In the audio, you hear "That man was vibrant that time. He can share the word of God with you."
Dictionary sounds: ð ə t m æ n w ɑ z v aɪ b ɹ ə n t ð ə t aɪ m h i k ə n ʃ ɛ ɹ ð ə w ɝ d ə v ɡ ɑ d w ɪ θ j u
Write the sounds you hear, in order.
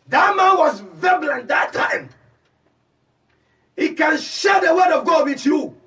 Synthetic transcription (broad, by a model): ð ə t m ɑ n w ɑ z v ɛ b l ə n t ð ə t aɪ m h i k ə n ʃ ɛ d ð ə w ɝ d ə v ɡ ɑ d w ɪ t j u